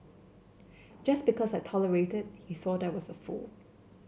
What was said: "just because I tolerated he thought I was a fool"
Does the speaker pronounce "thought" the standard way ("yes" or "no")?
yes